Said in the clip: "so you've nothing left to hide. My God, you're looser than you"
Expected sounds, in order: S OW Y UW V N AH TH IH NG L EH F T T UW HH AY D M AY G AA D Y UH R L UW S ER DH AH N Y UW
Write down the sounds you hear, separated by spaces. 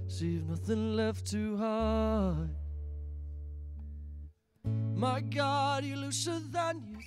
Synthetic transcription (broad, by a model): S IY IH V N AH TH IH NG L EH F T T UW HH AY M AY G AA D Y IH L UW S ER DH AH N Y